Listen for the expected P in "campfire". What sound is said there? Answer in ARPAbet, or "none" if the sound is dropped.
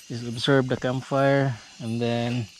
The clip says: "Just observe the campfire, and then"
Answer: none